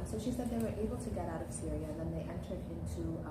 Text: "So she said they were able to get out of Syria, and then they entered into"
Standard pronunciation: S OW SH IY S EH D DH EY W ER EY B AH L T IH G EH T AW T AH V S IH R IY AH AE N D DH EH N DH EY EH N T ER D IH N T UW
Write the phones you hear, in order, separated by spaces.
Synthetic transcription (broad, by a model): S OW SH IY S EH D DH EY W ER EY B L T IH G EH T AW T AH V S IH R IY AH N DH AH N DH EY EH N T ER D IH N T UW